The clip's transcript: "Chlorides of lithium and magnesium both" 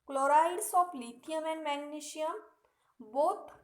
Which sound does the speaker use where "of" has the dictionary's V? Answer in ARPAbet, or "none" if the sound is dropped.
P